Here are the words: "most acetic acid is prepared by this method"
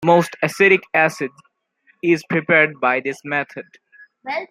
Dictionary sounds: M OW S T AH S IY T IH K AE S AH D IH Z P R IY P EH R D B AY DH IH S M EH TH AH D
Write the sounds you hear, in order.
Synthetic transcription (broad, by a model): M OW S T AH S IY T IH K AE S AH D IH Z P R IY P EH R D B AY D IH S M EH T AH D